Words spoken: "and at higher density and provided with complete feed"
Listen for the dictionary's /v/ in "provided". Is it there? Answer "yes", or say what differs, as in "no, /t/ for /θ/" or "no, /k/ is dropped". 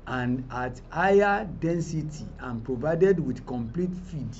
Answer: yes